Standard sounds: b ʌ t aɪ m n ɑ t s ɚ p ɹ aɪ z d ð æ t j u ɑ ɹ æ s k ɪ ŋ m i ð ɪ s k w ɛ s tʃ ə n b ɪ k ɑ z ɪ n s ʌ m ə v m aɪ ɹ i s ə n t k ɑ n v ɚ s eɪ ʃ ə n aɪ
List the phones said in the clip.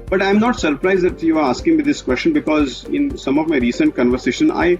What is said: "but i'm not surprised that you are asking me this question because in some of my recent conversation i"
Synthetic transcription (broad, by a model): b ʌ t aɪ m n ɑ t s ɚ p ɹ aɪ z d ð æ t j u ɑ ɹ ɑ s k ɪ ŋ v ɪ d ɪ s k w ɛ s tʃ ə n b ɪ k ɑ z ɪ n s ʌ m ə v m aɪ ɹ i s ə n t k ɑ n v ɚ s eɪ ʃ ə n aɪ